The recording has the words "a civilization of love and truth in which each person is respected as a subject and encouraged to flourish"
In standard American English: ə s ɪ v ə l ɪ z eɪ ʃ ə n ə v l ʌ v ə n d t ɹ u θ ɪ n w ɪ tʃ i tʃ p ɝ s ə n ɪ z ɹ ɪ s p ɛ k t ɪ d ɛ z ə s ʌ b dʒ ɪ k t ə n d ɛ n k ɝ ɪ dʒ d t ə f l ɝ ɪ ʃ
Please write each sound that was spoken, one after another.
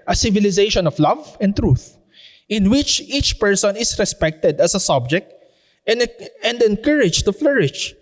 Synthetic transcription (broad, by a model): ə s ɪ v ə l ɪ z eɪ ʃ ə n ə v l ʌ v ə n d t ɹ u θ ɪ n w ɪ tʃ i tʃ p ɝ s ə n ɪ s ɹ ɪ s p ɛ k t ɪ d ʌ s ə s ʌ b dʒ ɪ k t ə n d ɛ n k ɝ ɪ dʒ t ə f l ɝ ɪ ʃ